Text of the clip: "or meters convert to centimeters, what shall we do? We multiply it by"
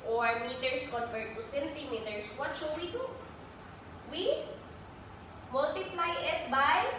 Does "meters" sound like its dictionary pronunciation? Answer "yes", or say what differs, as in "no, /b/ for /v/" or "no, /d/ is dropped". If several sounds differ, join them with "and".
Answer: no, /s/ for /z/